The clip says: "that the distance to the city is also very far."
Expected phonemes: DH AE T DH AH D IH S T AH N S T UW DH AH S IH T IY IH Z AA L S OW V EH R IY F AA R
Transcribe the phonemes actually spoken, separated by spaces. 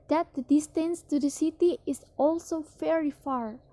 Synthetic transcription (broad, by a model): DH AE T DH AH D IH S T AH N S T UW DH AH S IH T IY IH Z AA L S OW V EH R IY F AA R